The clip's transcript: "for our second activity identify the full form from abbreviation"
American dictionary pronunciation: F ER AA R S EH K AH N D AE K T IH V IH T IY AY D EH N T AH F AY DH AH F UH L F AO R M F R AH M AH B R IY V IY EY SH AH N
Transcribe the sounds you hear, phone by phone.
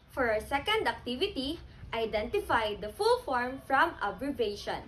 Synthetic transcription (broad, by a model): F AA R S EH K AH N D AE K T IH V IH T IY AY D EH N T AH F AY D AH F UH L F AO R M F R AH M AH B R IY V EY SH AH N